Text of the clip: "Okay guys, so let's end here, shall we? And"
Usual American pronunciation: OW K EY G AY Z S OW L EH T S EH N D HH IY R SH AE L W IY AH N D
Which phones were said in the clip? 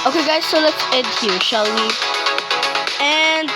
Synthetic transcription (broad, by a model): OW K EY G AY Z S OW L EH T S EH D HH IY R SH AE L W IY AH N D